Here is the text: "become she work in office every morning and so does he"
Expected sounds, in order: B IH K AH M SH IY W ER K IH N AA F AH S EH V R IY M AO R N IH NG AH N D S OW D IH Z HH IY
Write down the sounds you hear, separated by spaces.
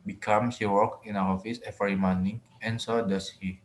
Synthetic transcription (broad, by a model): B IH K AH M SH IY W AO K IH N AA F AH S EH F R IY M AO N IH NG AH N S OW D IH S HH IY